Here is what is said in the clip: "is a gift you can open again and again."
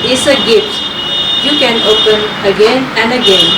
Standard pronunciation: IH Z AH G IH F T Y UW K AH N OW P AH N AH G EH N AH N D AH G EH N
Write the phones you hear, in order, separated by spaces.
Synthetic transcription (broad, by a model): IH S AH G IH T Y UW K AH N OW P AH N AH G EH N AH N D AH G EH N